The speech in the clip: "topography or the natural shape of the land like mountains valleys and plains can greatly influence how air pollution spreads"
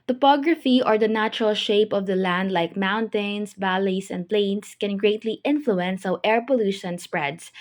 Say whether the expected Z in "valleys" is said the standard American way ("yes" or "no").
no